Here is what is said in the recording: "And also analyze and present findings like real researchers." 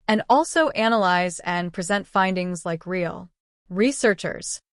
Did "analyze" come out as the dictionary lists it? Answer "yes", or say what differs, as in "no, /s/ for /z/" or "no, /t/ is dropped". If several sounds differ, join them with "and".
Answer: yes